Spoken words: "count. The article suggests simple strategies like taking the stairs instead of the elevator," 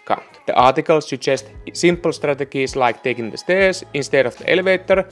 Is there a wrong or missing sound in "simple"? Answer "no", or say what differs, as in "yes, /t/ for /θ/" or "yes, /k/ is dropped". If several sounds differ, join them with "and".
no